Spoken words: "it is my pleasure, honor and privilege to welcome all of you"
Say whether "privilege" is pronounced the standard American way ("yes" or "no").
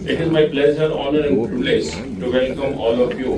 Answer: no